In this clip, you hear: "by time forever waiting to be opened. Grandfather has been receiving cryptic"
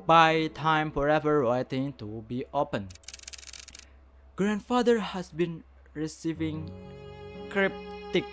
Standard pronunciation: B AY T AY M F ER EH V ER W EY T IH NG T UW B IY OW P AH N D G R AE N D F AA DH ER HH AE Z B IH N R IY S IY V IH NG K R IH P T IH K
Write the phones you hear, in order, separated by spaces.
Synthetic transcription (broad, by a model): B AY T AY M F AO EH V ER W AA T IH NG T UW B IY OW P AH N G R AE N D F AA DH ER HH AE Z B IH N R IY S IY V IH NG K R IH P T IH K